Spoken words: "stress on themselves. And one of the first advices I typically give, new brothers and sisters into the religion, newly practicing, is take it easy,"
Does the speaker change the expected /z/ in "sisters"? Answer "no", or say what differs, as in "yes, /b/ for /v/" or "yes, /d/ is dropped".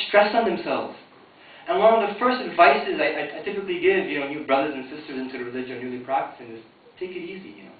no